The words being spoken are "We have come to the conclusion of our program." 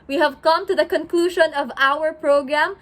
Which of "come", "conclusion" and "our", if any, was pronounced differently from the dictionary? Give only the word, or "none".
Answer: none